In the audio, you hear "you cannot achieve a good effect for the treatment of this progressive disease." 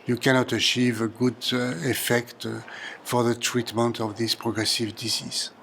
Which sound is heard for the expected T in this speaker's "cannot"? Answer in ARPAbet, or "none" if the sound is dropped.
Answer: T